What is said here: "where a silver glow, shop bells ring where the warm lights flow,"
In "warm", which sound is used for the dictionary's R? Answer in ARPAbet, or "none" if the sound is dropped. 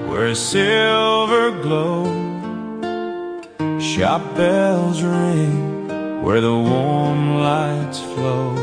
R